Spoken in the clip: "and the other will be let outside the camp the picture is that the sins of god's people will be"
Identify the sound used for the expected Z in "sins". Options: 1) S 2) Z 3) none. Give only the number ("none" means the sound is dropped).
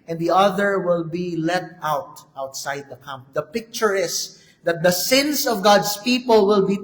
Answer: 1